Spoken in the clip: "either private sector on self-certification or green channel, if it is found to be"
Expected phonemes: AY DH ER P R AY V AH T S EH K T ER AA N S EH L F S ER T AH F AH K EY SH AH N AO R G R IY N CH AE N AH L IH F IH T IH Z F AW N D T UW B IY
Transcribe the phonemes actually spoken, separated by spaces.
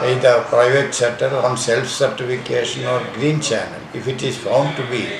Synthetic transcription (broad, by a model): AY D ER P R AY V AH T S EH T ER AA N S EH L F S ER T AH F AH K EY SH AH N AO R G R IY N CH AE N AH L IH F IH T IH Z F AW N D T UW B IY